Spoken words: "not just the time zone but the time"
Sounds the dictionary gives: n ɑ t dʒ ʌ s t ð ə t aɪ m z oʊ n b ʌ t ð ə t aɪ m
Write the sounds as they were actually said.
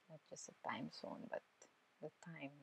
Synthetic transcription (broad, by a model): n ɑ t dʒ ʌ s t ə t aɪ m s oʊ n b ʌ t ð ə t aɪ m